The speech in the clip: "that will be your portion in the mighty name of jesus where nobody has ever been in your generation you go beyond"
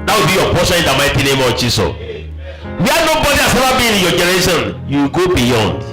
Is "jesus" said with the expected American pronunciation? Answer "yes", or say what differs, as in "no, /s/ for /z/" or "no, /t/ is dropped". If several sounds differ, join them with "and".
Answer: no, /s/ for /z/ and /s/ is dropped